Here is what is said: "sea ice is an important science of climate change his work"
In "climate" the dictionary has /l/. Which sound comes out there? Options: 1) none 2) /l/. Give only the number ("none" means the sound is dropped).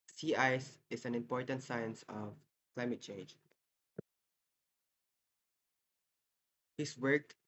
2